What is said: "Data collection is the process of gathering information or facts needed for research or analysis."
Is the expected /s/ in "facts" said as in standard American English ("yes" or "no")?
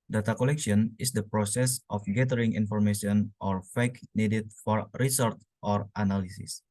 no